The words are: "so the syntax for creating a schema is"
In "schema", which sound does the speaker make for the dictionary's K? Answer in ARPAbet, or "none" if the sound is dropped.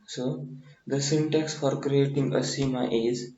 none